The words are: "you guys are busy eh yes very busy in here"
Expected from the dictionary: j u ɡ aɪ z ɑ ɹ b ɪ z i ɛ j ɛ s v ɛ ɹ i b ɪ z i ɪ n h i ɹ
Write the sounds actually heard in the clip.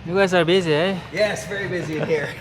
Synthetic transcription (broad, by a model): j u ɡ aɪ s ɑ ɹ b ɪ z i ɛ j ɛ s v ɛ ɹ i b ɪ z i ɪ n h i ɹ